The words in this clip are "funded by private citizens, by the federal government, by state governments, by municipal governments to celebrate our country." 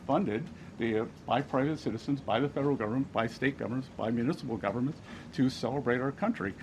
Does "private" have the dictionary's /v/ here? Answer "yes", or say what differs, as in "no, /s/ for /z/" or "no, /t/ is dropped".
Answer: yes